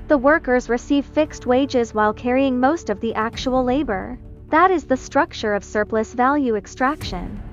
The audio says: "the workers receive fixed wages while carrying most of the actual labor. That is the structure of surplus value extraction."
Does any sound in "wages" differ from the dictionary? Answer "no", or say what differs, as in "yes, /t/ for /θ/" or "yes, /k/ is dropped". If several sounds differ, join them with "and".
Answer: no